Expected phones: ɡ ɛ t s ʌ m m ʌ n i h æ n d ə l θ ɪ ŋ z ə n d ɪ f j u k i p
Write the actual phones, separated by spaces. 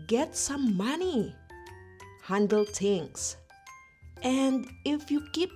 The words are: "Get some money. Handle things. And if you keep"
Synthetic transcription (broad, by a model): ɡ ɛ t s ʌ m m ʌ n i h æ n d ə l t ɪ ŋ s ə n d ɪ f j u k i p